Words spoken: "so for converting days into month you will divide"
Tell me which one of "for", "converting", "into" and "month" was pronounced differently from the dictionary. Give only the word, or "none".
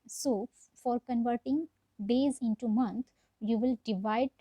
month